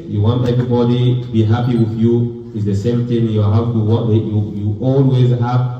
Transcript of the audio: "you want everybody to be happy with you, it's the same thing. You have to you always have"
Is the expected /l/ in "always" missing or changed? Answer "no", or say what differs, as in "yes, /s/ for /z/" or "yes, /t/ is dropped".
no